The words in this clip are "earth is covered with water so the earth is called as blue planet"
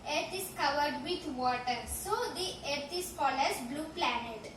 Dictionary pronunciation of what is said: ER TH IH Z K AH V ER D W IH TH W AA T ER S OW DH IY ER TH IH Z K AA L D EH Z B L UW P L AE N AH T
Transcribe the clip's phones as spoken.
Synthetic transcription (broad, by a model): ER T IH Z K AH V ER D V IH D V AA T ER S OW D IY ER T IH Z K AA L EH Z B L UW P L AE N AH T